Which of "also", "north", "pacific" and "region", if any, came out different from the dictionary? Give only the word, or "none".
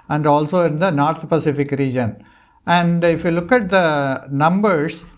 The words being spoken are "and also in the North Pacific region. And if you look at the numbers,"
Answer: north